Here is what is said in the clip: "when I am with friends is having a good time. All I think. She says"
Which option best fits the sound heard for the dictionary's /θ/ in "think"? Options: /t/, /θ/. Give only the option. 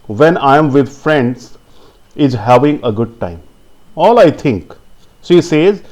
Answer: /t/